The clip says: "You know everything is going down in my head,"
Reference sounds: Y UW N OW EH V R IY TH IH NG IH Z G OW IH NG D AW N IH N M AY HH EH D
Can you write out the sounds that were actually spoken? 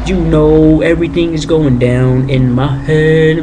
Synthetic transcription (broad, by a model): Y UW N OW EH V R IY TH IH NG IH Z G OW IH NG D AW N IH N M AY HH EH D